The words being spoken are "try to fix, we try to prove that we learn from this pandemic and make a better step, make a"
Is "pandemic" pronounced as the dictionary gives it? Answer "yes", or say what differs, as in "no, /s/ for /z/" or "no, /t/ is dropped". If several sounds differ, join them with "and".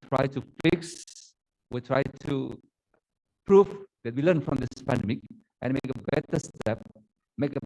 yes